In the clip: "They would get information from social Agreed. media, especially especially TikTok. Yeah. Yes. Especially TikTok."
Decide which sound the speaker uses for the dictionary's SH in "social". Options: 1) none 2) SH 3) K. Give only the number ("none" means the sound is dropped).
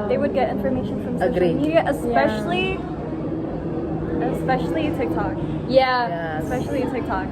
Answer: 1